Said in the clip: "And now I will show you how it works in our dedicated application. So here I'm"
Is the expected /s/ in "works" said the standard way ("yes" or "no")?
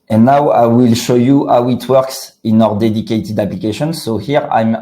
yes